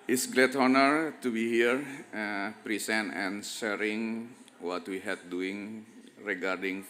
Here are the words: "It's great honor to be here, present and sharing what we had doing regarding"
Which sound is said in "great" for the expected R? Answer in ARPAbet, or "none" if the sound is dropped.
L